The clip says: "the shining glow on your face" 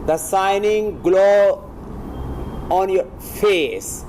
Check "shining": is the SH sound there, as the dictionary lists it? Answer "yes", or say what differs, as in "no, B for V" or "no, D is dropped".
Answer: no, S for SH